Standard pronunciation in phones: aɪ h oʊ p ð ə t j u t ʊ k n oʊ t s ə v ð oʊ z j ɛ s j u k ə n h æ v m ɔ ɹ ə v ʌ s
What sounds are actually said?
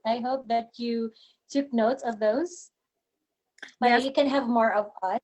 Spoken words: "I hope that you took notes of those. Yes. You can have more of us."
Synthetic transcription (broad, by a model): aɪ h oʊ p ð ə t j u t ʊ k n oʊ t s ə v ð oʊ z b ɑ j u k ə n h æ v m ɔ ɹ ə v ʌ